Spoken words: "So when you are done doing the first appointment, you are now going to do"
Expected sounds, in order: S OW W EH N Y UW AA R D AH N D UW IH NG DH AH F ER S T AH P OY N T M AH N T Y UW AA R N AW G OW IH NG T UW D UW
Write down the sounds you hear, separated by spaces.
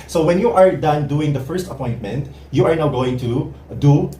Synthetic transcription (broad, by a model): S OW W EH N Y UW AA R D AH N D UW IH NG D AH F ER S T AH P OY N T M AH N T Y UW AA R N AW G OW IH NG T UW D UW